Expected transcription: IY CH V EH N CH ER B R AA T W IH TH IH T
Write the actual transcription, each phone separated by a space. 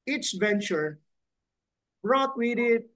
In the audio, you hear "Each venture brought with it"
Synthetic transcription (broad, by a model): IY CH V EH N CH ER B R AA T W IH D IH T